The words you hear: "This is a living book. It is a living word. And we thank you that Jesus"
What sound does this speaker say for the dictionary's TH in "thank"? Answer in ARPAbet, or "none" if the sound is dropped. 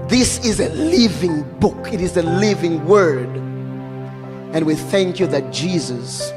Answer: TH